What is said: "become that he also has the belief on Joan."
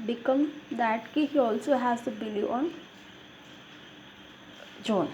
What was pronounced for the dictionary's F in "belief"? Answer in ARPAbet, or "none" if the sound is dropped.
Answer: none